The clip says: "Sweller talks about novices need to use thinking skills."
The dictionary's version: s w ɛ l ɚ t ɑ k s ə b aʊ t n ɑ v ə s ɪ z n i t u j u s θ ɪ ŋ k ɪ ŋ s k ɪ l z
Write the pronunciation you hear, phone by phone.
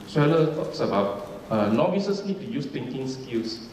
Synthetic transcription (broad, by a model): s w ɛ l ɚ t ɑ k s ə b aʊ t n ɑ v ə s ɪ s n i t u j u s t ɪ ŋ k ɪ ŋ s k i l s